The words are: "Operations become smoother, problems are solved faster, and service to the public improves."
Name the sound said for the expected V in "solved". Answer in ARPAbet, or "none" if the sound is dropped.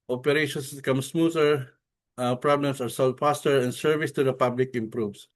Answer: none